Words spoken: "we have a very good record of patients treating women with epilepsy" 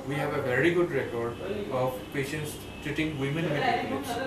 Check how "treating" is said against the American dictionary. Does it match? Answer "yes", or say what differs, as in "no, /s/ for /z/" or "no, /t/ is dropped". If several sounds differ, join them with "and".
no, /ɹ/ is dropped